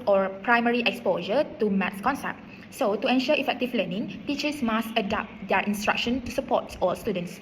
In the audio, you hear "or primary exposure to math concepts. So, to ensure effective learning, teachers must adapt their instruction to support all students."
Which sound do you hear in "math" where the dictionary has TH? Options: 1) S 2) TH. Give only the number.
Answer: 1